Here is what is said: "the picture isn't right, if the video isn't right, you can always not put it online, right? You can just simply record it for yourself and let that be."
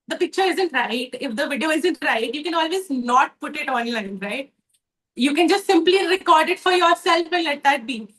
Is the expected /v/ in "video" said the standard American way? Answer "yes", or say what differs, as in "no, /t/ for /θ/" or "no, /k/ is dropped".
yes